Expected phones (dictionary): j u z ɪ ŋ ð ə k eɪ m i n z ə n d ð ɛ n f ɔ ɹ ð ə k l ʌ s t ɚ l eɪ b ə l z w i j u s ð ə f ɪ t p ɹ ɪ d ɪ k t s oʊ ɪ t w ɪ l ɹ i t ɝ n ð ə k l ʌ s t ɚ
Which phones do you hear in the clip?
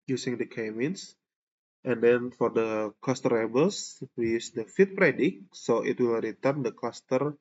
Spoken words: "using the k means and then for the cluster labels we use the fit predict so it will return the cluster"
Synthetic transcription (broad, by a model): j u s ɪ ŋ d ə k eɪ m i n s ə n d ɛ n f ɔ ɹ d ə k l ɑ s t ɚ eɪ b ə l s w i j u s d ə f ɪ t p ɹ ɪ d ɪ k s oʊ ɪ t w ɪ l ɹ i t ɝ n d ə k l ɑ s t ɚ